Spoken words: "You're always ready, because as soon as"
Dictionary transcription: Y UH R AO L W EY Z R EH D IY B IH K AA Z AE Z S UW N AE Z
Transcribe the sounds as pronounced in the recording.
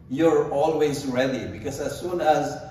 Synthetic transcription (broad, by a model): Y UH R AO L W EY Z R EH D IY B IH K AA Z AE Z S UW N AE Z